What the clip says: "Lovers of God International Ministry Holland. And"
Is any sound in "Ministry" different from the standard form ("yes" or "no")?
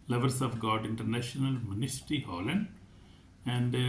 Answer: yes